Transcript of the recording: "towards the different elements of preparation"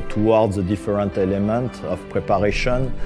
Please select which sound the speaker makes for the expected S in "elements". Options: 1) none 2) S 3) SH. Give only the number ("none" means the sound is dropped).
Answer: 1